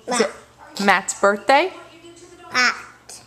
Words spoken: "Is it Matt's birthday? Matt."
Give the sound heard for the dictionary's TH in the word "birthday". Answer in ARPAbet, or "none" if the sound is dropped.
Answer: TH